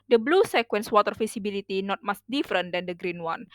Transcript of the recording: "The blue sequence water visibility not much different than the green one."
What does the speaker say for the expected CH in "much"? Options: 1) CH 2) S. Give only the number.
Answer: 2